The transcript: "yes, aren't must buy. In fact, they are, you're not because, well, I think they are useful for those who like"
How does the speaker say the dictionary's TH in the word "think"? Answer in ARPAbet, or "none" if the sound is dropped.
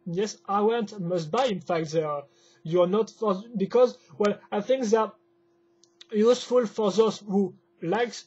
TH